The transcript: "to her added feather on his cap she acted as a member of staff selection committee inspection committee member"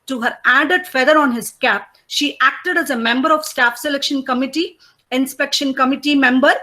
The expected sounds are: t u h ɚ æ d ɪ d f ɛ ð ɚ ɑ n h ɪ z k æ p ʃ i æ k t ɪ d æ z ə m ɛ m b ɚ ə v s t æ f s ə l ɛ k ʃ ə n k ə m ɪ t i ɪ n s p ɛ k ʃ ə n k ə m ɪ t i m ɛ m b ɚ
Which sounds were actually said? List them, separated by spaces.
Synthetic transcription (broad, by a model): t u h ɚ æ d ɪ d f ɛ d ɚ ɑ n h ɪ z k æ p ʃ i æ k t ɪ d æ z ə m ɛ m b ɚ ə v s t æ f s ə l ɛ k ʃ ə n k ə m ɪ t i ɪ n s p ɛ k ʃ ə n k ə m ɪ t i m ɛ m b ɚ